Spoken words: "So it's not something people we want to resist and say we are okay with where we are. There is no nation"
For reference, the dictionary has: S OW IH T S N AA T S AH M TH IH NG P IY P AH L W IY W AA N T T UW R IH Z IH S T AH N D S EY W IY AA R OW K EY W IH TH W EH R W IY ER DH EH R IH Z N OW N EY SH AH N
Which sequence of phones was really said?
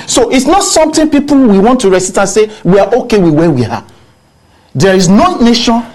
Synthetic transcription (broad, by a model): S OW IH T S N AA T S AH M T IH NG P IY P AH L W IY W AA N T T UW R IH S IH T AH N S EY W IY AA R OW K EY W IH W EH W IY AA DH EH R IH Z N OW N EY SH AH N